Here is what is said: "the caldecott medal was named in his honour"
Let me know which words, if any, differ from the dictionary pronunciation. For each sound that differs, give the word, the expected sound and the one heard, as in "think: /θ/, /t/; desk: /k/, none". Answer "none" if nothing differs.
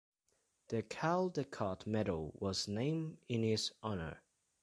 named: /d/, none